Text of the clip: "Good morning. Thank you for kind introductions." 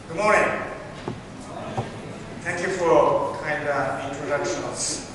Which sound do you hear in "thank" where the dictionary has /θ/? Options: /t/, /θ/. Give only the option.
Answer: /t/